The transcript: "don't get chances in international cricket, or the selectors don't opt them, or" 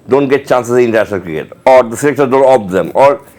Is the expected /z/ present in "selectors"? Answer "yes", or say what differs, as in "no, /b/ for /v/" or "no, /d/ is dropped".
no, /z/ is dropped